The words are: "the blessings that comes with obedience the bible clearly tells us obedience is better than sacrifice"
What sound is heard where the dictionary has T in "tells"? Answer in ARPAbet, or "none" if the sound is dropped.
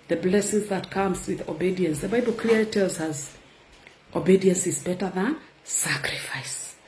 T